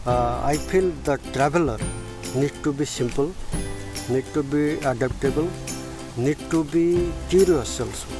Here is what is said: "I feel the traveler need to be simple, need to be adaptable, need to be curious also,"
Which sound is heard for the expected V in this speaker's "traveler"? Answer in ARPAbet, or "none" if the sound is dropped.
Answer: B